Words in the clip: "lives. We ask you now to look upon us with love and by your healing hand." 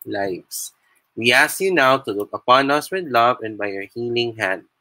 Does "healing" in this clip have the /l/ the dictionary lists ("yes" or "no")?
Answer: yes